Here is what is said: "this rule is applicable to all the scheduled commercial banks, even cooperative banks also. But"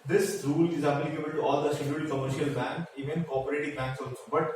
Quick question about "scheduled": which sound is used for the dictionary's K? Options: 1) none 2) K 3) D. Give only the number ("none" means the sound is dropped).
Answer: 1